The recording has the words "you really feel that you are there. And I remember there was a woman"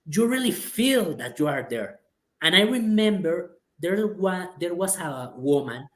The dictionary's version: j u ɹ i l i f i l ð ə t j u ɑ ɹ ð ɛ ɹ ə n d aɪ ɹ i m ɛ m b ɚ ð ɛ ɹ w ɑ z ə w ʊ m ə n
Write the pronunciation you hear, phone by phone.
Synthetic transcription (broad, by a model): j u ɹ i l i f i l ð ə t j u ɑ ɹ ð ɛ ɹ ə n aɪ ɹ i m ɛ m b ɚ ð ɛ ɹ w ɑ s ə w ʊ m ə n